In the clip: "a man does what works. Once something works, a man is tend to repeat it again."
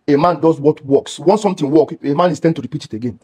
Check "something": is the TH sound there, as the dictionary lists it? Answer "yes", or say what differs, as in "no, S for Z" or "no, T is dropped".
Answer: no, T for TH